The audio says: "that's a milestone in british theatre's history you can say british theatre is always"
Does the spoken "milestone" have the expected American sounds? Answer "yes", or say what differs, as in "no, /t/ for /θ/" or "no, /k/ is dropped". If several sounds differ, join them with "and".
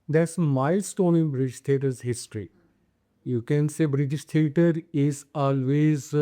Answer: no, /l/ is dropped